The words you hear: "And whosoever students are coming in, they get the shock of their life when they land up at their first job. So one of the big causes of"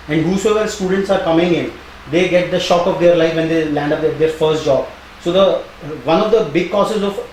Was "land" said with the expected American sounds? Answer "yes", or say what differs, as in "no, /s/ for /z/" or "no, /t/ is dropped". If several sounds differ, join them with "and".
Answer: yes